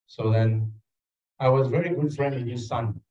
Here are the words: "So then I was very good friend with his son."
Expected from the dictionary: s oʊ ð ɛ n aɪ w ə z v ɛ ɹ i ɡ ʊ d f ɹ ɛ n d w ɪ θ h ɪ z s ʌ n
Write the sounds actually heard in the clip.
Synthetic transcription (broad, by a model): s oʊ ð ɛ n aɪ w ə z v ɛ ɹ i ɡ ʊ d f ɹ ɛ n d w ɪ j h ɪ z s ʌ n